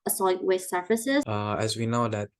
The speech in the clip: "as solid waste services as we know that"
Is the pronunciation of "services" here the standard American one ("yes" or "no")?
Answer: no